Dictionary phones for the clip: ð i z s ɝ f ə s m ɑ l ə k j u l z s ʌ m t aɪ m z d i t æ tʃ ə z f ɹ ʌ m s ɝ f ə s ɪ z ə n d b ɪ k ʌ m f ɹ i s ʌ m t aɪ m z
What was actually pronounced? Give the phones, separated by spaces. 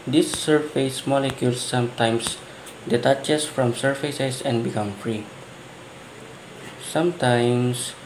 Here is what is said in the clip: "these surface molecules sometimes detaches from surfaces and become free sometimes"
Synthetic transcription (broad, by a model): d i s ɝ f ə s m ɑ l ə k j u l s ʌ m t aɪ m s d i t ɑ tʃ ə s f ɹ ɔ m s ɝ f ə s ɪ s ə n b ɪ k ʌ m f ɹ i s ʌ m t aɪ m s